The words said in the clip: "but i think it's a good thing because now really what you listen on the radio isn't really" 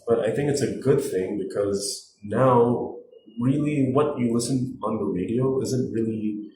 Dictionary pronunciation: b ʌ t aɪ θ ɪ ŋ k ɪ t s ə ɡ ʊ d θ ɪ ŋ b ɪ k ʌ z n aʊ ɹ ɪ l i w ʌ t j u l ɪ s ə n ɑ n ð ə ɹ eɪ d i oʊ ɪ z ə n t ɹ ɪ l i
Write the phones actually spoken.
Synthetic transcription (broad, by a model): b ʌ t aɪ θ ɪ ŋ k ɪ t s ə ɡ ʊ d θ ɪ ŋ b ɪ k ʌ z n aʊ ɹ ɪ l i w ʌ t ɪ l ɪ s ə n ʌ n ð ə ɹ eɪ d i oʊ ɪ z ə n t ɹ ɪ l i